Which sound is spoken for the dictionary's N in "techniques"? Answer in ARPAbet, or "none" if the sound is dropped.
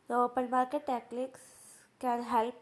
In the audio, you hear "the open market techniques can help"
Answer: L